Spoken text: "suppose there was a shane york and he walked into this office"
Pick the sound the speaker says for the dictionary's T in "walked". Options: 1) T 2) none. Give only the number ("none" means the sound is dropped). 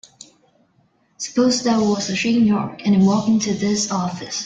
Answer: 2